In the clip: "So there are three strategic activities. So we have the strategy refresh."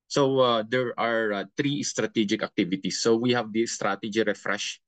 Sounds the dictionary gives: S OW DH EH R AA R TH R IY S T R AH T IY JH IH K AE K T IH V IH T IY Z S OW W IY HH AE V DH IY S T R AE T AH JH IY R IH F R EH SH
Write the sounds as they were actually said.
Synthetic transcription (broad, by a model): S OW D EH R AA R T R IY S T R AH T IY JH IH K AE K T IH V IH T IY S OW W IY HH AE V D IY S T R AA T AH JH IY R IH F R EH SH